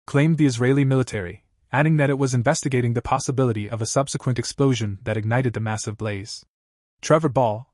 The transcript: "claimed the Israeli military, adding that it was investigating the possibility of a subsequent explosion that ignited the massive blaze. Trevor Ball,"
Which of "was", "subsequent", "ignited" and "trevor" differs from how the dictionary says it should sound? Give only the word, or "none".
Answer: none